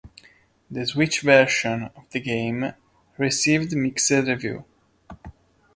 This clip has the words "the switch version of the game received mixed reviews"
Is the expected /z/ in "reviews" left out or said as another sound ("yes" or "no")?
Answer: yes